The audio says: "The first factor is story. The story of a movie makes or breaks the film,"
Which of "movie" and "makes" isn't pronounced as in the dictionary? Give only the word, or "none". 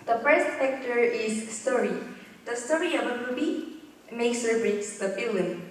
movie